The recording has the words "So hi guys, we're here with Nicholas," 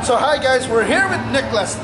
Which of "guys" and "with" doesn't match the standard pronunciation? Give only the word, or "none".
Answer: none